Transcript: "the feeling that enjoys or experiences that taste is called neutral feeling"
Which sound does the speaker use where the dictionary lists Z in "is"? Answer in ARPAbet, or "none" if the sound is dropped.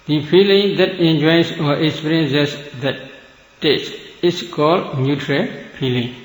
S